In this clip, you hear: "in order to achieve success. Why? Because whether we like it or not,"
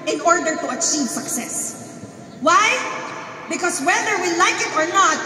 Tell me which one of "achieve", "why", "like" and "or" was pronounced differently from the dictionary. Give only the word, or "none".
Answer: none